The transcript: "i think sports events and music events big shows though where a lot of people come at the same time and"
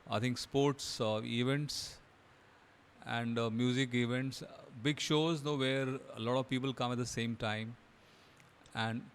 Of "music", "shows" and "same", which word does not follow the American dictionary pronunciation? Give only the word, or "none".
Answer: none